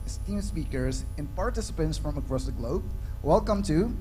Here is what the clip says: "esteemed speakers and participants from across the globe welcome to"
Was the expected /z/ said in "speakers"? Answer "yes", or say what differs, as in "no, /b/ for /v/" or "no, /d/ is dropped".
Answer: yes